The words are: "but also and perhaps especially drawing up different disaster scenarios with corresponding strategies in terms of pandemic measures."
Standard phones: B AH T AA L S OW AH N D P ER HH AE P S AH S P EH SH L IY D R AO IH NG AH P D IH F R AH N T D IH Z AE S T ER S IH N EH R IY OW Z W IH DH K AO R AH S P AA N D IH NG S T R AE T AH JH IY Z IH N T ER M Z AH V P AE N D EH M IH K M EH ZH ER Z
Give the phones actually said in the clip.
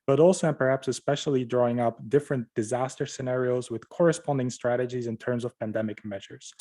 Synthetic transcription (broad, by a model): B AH T AA L S OW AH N P ER HH AE P S AH S P EH SH L IY D R AO IH NG AH P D IH F R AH N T D IH Z AE S T ER S IH N EH R IY OW Z W IH DH K AO R AH S P AA N D IH NG S T R AE T AH JH IY Z IH N T ER M Z AH V P AE N D EH M IH K M EH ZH ER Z